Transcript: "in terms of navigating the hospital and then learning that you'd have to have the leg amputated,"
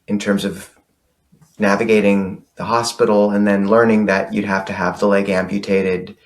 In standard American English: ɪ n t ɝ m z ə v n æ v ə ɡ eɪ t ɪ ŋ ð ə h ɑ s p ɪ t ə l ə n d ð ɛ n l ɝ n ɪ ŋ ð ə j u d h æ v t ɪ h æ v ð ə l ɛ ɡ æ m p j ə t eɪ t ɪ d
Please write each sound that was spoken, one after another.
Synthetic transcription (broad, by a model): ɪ n t ɝ m z ə v n æ v ə ɡ eɪ t ɪ ŋ ð ə h ɑ s p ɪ t l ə n ð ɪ n l ɝ n ɪ ŋ ð ə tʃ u d h æ f t ɪ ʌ v ð ə l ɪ ɡ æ m p j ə t eɪ t ɪ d